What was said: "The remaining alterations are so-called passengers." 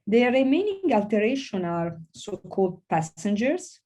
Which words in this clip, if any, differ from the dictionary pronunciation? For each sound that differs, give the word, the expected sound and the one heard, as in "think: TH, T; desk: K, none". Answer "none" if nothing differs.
alterations: Z, none